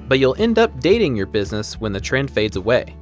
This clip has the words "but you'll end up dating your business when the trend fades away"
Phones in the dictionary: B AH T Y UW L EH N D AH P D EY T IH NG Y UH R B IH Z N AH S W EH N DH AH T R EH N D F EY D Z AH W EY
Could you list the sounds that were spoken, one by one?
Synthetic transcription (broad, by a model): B AH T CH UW L EH N D AH P D EY T IH NG Y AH R B IH Z N AH S W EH N DH AH T R EH N D F EY D Z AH W EY